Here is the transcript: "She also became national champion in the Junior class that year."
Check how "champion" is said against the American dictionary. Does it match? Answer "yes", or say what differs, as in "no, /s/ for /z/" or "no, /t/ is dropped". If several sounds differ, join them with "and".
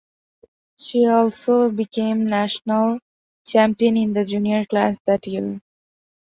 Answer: yes